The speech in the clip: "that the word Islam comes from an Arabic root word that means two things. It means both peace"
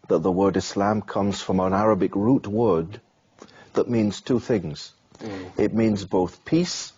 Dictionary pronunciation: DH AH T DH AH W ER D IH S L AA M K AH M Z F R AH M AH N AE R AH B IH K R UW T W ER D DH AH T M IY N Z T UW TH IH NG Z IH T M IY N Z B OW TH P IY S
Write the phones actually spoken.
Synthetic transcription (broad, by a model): DH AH T DH AH W ER D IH S L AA M K AH M Z F R AH M AH N AE R AH B IH K R UW T W ER D DH AH T M IY N Z T UW TH IH NG Z IH T M IY N Z B OW TH P IY S